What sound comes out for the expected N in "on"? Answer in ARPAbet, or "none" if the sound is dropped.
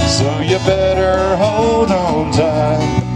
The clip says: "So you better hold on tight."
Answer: L